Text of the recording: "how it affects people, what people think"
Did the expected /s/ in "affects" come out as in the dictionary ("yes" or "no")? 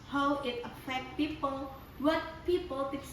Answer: no